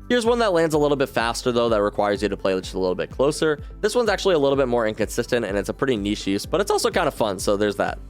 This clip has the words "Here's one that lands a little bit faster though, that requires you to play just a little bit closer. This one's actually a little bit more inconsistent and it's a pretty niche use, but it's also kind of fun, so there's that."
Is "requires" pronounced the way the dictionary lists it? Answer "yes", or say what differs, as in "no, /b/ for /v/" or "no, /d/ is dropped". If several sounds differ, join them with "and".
yes